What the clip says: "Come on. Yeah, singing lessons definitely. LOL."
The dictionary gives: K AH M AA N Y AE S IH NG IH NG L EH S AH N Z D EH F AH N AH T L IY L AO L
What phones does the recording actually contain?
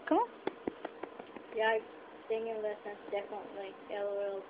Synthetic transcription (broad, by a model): K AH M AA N Y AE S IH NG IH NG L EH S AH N S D EH F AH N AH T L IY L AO L